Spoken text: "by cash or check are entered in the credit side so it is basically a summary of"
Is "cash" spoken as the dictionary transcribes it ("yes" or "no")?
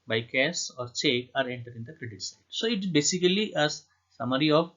no